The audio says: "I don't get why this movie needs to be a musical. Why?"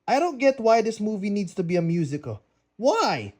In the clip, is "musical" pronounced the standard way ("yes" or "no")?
yes